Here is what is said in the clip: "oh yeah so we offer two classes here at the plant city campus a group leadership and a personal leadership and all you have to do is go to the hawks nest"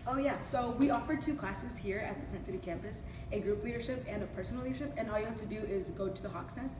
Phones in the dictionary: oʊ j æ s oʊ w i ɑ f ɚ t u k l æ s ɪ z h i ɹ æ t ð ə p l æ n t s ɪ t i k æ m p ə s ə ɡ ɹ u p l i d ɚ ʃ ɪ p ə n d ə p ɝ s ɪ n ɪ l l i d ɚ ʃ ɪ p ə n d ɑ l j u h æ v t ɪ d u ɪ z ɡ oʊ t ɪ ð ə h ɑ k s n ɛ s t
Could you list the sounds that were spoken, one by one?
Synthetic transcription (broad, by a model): oʊ j æ s oʊ w i ɑ f ɚ t u k l æ s ɪ z h i ɹ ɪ t ð ə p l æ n s ɪ t i k æ m p ə s ə ɡ ɹ u p l i d ɚ ʃ ɪ p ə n ə p ɝ s n l l i d ɚ ʃ ɪ p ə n ɑ l j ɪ h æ f t ɪ d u ɪ z ɡ oʊ t ɪ ð ə h ɑ k s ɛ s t